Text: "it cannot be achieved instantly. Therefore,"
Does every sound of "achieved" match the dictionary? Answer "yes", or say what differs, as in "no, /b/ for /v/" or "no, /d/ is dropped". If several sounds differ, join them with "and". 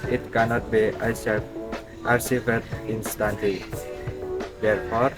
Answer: no, /s/ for /tʃ/